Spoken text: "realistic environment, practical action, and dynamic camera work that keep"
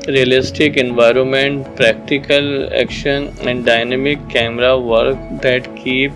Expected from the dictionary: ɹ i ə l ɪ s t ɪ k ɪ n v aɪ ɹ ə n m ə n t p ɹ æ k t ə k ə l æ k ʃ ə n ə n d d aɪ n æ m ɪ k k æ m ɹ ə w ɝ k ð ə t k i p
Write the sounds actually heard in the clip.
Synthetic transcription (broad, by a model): ɹ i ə l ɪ s t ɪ k ɪ n v aɪ ɹ ə n m ə n t p ɹ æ k t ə k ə l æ k ʃ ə n ə n d d aɪ n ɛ m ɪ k k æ m ɹ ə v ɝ k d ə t k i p